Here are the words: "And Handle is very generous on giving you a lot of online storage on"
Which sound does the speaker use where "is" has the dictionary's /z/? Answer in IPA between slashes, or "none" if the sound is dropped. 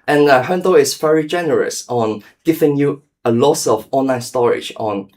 /s/